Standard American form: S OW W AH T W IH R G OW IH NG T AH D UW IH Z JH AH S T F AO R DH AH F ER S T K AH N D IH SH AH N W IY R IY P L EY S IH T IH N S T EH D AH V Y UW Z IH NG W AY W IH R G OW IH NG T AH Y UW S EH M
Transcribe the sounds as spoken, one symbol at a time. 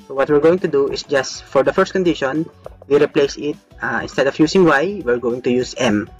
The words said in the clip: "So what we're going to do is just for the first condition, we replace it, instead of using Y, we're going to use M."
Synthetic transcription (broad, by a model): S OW W AH T W IH R G OW IH NG T AH D UW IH S JH AH S T F AO R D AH F ER S T K AH N D IH SH AH N W IY R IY P L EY S IH T IH N S T EH D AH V Y UW S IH NG W AY W IH R G OW IH NG T AH Y UW S EH M